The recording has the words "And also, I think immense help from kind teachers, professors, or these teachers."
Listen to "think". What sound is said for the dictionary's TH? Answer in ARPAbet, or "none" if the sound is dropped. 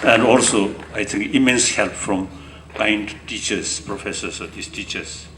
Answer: T